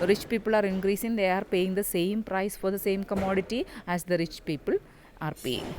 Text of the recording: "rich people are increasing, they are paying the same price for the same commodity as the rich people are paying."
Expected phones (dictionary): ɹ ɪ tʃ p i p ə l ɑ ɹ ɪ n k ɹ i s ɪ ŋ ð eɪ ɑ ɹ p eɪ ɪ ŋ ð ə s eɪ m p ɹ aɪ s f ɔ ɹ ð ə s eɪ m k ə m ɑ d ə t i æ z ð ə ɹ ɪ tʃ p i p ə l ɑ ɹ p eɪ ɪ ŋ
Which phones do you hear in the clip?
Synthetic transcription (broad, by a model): ɹ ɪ tʃ p i p ə l ɑ ɹ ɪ n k ɹ i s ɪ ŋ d eɪ ɑ ɹ p eɪ ɪ ŋ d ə s eɪ m p ɹ aɪ s f ɔ ɹ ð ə s eɪ m k ə m ɑ d ə t i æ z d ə ɹ ɪ tʃ p i p ə l ɑ ɹ p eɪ